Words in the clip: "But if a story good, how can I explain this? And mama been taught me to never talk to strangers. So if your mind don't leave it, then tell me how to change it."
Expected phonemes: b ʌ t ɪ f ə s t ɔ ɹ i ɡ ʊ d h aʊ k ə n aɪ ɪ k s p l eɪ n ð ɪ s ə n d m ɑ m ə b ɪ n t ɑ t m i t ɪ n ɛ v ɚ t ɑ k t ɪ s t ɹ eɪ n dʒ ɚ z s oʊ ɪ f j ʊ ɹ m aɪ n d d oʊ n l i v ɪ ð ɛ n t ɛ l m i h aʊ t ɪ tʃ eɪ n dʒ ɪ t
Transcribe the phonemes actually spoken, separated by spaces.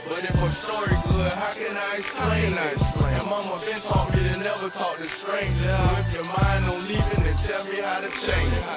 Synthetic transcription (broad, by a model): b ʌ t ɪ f ə s t ɔ ɹ i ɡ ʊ h aʊ k ə n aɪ ɪ s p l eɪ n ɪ ə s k m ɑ m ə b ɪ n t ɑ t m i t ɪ n ɛ v ɚ t ɑ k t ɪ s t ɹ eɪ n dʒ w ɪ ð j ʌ ɹ m aɪ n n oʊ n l i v ɪ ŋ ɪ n t ɛ l m i h aʊ t ɪ tʃ eɪ n dʒ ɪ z